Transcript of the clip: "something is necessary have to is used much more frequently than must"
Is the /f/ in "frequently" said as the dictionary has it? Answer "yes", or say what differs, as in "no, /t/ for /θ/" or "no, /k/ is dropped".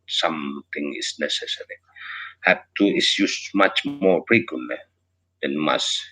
no, /p/ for /f/